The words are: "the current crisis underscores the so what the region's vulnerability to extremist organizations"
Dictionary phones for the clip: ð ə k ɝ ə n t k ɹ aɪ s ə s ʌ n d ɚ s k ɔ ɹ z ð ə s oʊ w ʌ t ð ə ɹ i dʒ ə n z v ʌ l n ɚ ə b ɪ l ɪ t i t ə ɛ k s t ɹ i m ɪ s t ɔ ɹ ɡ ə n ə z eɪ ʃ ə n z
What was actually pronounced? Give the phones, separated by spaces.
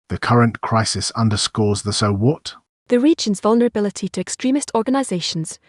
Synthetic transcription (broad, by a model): ð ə k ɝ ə n k ɹ aɪ s ə s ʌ n d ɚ s k ɔ z ð ə s oʊ w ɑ t ð ə ɹ i dʒ ə n z v ʌ l n ɚ ə b ɪ l ɪ t i t ə ɛ k s t ɹ i m ɪ s t ɔ ɹ ɡ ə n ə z eɪ ʃ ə n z